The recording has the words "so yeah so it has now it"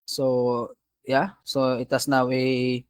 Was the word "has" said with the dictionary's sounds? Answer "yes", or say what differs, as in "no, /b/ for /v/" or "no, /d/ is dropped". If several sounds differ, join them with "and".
no, /s/ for /z/